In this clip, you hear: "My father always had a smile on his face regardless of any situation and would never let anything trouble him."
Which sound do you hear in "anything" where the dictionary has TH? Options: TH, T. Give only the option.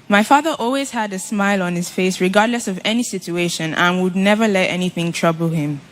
TH